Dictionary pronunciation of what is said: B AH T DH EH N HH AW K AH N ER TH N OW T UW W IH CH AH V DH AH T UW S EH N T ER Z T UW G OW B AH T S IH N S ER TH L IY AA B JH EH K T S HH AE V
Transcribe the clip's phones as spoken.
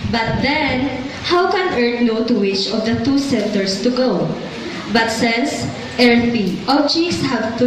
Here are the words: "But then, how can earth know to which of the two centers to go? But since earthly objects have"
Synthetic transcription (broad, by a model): B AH T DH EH N HH AW K AH N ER T N OW T UW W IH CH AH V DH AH T UW S EH N T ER S T UW G OW B AH T S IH N S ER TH IY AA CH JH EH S HH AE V